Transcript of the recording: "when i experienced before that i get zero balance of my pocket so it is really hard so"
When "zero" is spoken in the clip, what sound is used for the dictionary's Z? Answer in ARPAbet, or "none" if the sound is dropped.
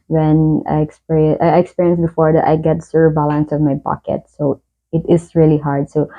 S